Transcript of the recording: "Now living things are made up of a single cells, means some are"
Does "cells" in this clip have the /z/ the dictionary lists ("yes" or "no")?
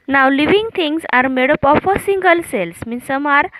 no